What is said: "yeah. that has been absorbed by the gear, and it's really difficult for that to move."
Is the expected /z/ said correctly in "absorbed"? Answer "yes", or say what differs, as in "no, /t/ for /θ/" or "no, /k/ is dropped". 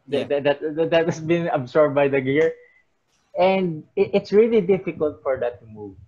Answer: no, /s/ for /z/